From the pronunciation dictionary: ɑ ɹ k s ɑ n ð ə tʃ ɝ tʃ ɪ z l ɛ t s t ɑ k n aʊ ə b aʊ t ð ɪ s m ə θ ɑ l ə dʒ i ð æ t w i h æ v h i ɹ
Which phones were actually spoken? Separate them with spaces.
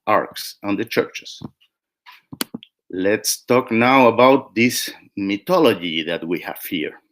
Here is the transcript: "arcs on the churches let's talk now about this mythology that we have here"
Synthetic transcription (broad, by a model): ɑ ɹ k s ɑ n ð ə tʃ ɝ tʃ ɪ s l ɛ t s t ɑ k n aʊ ə b aʊ t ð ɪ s m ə t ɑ l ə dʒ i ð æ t w i h æ v h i ɹ